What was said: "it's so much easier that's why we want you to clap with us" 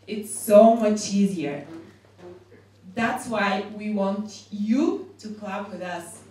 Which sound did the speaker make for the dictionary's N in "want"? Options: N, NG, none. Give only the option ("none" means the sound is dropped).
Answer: N